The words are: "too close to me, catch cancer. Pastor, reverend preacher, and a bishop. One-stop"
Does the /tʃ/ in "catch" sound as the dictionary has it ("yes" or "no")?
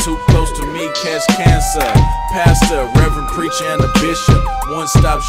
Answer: no